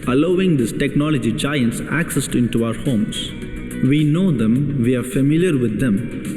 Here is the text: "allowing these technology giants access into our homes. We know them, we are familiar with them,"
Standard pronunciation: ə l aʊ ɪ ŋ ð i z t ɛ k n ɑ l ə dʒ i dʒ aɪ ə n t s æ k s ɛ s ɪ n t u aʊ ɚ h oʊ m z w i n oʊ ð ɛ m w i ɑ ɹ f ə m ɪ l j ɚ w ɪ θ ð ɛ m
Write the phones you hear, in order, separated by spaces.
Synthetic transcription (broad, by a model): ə l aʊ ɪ ŋ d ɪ s t ɛ k n ɑ l ə dʒ i dʒ aɪ ə n t s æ k s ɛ s ɪ n t u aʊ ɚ h oʊ m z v i n oʊ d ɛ m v i ɑ ɹ f ə m ɪ l j ɚ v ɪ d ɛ m